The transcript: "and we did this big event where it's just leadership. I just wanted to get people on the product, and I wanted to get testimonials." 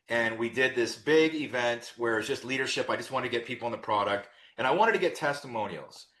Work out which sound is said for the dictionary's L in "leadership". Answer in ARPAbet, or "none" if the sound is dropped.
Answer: L